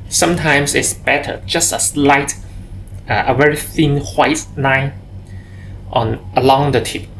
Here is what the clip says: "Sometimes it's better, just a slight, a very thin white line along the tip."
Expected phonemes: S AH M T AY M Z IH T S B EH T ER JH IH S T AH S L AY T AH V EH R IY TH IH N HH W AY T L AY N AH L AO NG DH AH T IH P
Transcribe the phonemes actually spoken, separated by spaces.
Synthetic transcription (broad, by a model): S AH M T AY M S IH T S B EH T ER JH IH S T AH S L AY T AH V EH R IY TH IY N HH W AY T N AY N AH L AO NG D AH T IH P